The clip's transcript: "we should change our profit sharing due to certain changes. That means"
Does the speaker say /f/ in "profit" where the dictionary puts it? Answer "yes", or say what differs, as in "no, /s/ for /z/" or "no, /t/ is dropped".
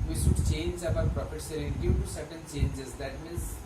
no, /p/ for /f/